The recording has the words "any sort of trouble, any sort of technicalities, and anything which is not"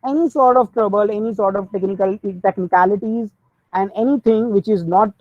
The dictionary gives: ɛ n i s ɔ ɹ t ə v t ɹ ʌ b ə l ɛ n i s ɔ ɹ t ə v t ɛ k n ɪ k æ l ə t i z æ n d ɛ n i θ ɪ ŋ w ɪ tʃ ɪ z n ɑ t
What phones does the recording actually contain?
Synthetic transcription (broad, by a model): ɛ n i s ɔ ɹ t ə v t ɹ ʌ b ə l ɛ n i s ɔ ɹ t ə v t ɛ k n ɪ k æ l ə t i z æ n d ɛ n i t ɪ ŋ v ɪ tʃ ɪ z n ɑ t